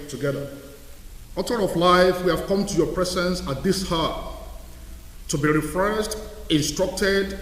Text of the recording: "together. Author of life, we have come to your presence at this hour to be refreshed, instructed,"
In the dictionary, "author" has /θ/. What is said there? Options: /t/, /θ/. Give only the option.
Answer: /t/